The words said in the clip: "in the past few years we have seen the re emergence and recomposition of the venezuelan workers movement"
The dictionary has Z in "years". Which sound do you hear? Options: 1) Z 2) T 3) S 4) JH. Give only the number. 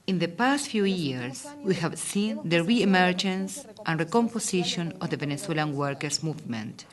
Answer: 3